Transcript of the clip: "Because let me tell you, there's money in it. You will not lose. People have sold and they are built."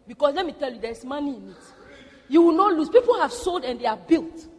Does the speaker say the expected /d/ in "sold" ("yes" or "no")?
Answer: yes